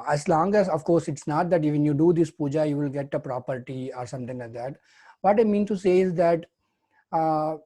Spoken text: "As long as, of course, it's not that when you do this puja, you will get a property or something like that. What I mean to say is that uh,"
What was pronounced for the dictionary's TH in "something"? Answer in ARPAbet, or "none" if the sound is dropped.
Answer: T